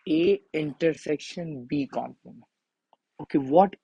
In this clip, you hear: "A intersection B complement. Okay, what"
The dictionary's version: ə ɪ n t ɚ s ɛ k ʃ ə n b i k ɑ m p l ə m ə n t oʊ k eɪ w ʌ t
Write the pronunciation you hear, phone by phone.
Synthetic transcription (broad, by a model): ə ɪ n t ɚ s ɛ k ʃ ə n b i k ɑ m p ə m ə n oʊ k eɪ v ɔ t